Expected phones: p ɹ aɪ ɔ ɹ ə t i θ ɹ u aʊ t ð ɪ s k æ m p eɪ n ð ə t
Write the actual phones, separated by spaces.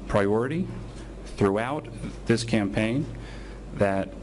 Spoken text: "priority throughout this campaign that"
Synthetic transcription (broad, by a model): p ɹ aɪ ɔ ɹ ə t i θ ɹ u aʊ t ð ɪ s k æ m p eɪ n ð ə t